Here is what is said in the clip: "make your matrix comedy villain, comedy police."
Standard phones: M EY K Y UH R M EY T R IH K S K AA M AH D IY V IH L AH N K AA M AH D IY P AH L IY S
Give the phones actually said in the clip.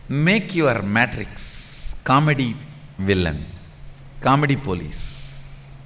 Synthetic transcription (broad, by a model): M EY K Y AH R M EY T R IH K S K AA M AH D IY V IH L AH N K AA M AH D IY P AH L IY S